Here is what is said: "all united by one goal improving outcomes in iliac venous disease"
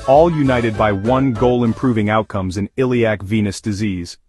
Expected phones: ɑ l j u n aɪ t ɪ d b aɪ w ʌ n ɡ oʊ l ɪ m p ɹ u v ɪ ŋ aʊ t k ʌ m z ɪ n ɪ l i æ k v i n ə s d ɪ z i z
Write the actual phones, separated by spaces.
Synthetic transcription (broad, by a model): ɑ l j u n aɪ t ɪ d b aɪ w ʌ n ɡ oʊ l ɪ m p ɹ u v ɪ ŋ aʊ t k ʌ m z ɪ n ɪ l i æ k v i n ə s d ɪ z i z